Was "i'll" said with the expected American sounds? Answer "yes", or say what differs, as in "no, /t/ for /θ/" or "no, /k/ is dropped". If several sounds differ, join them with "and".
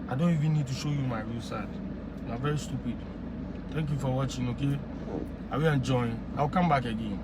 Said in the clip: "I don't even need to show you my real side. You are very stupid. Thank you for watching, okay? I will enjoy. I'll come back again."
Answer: no, /w/ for /l/